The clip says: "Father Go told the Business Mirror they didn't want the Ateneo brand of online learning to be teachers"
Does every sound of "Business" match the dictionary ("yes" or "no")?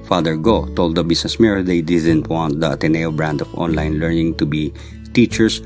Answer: no